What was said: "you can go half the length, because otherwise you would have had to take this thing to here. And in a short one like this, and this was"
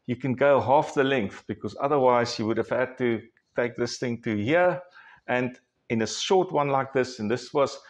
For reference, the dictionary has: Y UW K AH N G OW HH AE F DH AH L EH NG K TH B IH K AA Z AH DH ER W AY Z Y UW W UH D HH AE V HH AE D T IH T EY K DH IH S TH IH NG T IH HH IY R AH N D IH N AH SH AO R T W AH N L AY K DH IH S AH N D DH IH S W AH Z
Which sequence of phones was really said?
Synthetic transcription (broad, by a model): Y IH K AH N G OW HH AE F DH AH L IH NG K TH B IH K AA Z AH DH ER W AY Z Y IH W UH D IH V HH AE D T IH T EY K DH IH S TH IH NG T IH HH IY R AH N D IH N AH SH AO R T W AH N L AY K DH IH S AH N DH IH S W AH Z